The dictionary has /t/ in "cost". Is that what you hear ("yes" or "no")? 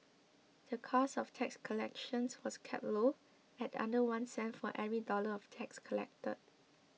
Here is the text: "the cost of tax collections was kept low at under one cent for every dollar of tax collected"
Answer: no